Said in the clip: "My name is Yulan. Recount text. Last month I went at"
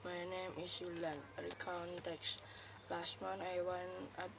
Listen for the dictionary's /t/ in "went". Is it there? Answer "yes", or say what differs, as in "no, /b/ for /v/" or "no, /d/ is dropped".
no, /t/ is dropped